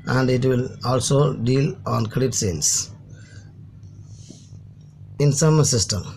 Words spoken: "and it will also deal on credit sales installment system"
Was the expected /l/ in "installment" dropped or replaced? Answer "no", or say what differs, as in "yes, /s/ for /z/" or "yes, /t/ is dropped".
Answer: yes, /l/ is dropped